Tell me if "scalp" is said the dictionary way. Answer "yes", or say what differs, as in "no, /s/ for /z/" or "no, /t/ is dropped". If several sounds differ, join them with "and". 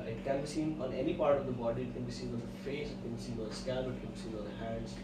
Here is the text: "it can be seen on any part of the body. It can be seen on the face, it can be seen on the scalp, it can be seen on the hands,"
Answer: no, /p/ is dropped